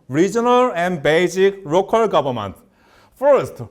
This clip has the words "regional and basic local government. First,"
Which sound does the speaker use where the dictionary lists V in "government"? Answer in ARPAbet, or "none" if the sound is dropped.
B